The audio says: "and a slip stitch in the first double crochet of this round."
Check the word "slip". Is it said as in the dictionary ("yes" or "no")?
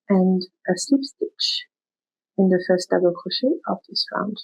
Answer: no